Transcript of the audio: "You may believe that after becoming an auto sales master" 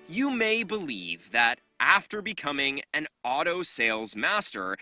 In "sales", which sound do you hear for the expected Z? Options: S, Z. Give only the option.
Z